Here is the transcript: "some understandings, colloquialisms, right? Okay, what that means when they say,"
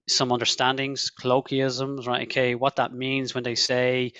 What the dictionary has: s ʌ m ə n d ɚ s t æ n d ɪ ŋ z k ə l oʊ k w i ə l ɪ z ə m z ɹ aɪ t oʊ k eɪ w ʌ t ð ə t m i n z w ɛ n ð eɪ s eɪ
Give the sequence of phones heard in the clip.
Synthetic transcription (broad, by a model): s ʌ m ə n d ɚ s t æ n d ɪ ŋ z k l oʊ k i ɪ z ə m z ɹ aɪ t oʊ k eɪ w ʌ t ð ə t m i n z w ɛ n ð eɪ s eɪ